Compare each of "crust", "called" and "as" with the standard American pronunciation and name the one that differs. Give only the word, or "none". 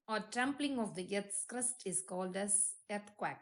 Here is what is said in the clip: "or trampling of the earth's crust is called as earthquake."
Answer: as